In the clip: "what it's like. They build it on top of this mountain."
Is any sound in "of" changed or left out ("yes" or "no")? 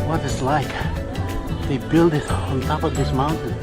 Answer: no